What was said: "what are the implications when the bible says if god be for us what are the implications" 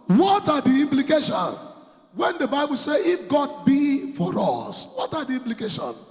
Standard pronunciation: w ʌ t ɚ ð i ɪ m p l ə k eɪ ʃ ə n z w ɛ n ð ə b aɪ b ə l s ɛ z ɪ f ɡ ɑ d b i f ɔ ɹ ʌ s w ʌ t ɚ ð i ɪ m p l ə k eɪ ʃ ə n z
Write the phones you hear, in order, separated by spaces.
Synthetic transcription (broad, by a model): w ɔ t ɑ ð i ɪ m p l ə k eɪ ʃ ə n w ɛ n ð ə b aɪ b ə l s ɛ ɪ f ɡ ɑ d b i f ɔ ɹ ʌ s w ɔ t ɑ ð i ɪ m p l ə k eɪ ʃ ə n